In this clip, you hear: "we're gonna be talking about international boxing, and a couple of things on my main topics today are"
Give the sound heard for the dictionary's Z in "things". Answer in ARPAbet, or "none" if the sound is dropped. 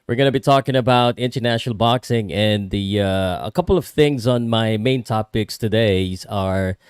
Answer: Z